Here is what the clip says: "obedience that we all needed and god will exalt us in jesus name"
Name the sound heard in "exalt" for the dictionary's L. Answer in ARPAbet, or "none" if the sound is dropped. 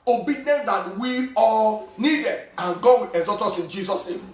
none